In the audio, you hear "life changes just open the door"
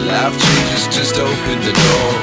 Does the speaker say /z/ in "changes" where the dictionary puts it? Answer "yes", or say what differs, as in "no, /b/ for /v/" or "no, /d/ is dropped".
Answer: no, /s/ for /z/